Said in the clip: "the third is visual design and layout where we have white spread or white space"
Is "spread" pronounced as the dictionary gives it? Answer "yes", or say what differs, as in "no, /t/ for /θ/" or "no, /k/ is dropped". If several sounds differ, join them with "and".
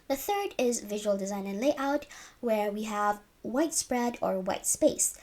yes